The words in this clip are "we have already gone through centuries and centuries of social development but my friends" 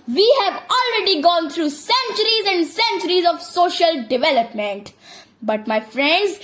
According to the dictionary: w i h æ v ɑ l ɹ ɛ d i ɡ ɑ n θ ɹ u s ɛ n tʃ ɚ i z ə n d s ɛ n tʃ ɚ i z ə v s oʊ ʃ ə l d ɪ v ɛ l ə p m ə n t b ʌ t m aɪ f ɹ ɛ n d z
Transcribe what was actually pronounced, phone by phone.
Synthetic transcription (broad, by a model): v i h æ v ɑ l ɹ ɛ d i ɡ ɑ n t ɹ u s ɛ n tʃ ɚ i z ə n d s ɛ n tʃ ɚ i z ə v s oʊ ʃ ə l d ɪ v ɛ l ə p m ə n t b ʌ t m aɪ f ɹ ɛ n d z